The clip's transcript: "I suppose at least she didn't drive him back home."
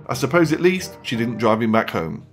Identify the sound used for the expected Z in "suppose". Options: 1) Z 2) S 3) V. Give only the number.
1